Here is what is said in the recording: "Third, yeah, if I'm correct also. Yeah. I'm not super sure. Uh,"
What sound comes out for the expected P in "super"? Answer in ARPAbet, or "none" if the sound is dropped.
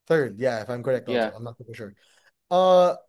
F